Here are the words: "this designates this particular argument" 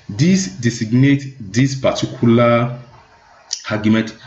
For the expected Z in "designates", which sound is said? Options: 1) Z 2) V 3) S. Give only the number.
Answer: 3